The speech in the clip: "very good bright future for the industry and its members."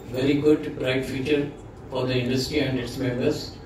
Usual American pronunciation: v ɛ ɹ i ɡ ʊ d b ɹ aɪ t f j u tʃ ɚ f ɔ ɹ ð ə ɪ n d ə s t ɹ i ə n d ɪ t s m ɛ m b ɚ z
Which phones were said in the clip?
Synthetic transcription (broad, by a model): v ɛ ɹ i ɡ ʊ d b ɹ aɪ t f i tʃ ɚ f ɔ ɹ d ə ɪ n d ə s t ɹ i ə n d ɪ t s m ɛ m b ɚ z